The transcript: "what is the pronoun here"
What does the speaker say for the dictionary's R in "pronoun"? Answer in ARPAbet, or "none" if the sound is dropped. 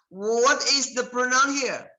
R